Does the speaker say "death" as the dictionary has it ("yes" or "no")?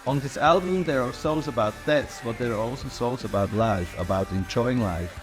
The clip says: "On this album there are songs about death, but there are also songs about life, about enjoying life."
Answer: no